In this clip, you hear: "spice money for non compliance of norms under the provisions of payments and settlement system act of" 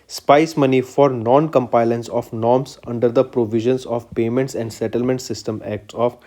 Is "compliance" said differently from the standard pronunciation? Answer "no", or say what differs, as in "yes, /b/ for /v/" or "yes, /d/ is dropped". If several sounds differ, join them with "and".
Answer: yes, /l/ is dropped